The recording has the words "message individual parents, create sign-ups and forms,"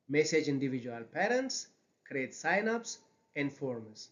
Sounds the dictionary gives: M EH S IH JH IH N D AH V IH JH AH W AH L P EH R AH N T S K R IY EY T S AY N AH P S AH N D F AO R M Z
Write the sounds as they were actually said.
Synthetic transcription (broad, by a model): M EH S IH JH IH N D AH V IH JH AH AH L P EH R AH N T S K R IY EY T S AY N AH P S AH N D F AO R M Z